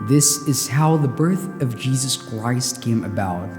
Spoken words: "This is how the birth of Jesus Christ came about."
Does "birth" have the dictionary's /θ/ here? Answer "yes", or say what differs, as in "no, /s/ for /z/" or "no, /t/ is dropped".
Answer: yes